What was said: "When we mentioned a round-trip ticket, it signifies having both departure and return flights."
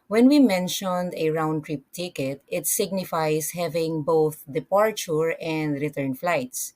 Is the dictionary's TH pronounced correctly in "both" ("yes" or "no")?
yes